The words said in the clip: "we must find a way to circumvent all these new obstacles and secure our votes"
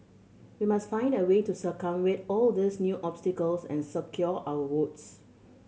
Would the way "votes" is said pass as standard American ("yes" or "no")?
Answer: no